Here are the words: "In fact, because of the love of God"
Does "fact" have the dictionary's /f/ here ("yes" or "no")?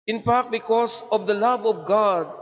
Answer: no